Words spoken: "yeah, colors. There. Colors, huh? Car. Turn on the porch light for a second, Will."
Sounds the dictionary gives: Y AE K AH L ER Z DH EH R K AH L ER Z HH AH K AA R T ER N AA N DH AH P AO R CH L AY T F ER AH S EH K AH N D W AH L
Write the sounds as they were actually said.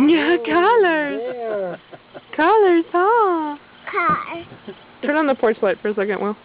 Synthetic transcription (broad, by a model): Y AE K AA L ER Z K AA L ER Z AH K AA T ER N N DH AH P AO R S L AY T F ER AH S EH K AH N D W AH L